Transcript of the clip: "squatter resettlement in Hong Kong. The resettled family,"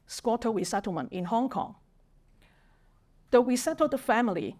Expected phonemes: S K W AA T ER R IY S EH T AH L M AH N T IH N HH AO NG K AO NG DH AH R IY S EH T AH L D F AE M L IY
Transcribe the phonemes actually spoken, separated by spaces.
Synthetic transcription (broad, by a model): S K W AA T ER W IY S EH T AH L M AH N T IH N HH AO NG K AO NG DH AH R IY S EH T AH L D F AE M L IY